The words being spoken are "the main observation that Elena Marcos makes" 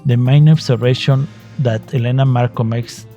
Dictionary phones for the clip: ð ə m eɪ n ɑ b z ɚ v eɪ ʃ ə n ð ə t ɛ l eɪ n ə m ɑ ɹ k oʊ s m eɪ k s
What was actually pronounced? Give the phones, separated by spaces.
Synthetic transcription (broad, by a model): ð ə m eɪ n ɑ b s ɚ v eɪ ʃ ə n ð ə t ɛ l eɪ n ə m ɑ ɹ k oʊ m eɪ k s